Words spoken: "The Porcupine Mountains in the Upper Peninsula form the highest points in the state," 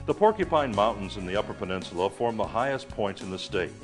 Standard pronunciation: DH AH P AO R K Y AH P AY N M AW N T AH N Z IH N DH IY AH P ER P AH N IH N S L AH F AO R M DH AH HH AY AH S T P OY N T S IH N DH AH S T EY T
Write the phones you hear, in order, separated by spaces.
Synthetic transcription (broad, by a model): DH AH P AO R K Y AH P AY N M AW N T N Z IH N DH IY AH P ER P AH N IH N S L AH F AO R M DH AH HH AY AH S P OY N T IH N DH AH S T EY T